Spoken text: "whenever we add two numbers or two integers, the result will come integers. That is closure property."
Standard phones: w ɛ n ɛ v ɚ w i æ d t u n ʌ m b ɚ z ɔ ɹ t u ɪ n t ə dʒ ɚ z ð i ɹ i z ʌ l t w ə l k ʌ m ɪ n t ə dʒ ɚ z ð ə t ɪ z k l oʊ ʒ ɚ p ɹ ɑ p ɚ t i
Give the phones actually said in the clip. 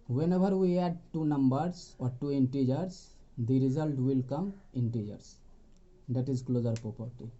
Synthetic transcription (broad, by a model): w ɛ n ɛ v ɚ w i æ d t u n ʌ m b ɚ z ɔ ɹ t u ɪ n t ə dʒ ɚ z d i ɹ i z ʌ l t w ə l k ʌ m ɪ n t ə dʒ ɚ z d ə t ɪ z k l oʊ z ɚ p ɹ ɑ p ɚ t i